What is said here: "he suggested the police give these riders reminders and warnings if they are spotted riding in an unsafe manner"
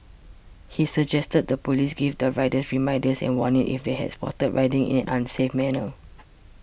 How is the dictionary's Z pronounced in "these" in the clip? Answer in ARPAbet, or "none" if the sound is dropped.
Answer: none